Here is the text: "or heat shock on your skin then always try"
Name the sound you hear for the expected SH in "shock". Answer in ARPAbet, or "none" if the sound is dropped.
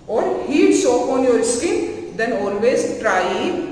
S